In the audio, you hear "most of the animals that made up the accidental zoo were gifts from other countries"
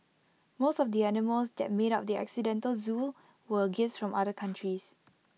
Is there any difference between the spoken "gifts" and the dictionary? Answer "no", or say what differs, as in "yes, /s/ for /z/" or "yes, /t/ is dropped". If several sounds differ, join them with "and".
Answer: yes, /f/ is dropped